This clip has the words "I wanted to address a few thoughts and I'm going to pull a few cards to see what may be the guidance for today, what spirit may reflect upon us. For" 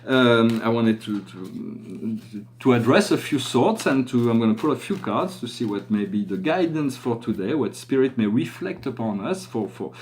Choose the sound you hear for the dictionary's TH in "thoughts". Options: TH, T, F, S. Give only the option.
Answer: S